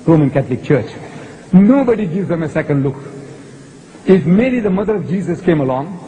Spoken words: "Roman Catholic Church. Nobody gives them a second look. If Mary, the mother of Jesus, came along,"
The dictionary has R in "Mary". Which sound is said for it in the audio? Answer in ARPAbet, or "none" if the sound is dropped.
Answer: L